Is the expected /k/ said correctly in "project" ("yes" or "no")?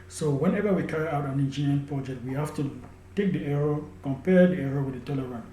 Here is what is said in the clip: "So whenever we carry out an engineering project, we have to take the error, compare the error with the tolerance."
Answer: yes